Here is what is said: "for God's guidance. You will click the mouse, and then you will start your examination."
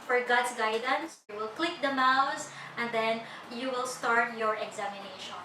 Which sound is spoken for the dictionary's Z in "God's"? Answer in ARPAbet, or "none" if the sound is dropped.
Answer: S